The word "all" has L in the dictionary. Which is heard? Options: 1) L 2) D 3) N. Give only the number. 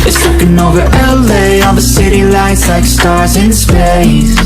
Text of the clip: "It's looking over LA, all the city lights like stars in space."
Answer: 3